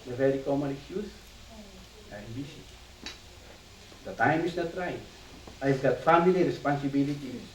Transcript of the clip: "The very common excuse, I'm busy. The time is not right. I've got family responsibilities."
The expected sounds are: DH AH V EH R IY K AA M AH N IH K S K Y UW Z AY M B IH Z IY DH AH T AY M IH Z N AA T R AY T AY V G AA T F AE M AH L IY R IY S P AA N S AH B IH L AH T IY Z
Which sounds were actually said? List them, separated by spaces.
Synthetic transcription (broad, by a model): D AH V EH R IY K AA M AH N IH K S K Y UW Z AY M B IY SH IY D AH T AY M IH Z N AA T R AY AY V G AA T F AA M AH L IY R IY S P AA N S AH B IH L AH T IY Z